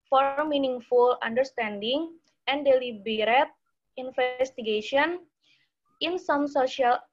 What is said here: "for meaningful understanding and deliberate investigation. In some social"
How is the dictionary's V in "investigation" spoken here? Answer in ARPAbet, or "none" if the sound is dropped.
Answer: F